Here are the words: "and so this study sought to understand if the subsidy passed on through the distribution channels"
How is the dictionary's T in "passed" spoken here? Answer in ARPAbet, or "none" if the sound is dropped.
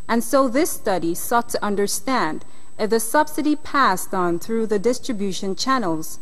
T